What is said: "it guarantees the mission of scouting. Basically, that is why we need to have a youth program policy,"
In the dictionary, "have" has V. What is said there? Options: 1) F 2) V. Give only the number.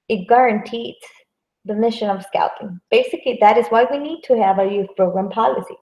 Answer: 2